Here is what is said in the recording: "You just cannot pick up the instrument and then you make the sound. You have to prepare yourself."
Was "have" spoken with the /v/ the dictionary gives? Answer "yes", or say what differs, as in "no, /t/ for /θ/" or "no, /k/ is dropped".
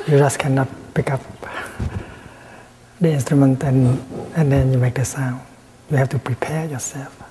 no, /f/ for /v/